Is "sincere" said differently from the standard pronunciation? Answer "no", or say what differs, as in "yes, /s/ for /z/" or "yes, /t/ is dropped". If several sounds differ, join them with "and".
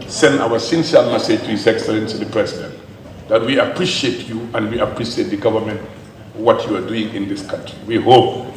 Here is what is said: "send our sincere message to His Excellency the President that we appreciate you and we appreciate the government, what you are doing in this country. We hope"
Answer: yes, /l/ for /ɹ/